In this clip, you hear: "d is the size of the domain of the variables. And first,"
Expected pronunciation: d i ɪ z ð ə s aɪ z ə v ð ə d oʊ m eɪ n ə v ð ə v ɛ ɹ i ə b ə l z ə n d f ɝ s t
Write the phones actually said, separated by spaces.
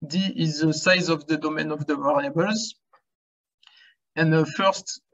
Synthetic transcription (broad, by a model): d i ɪ z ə s aɪ z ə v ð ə d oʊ m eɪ n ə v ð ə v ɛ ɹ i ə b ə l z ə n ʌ f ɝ s t